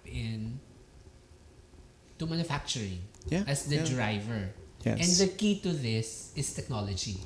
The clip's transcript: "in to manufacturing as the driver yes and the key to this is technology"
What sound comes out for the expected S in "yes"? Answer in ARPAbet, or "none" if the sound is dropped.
none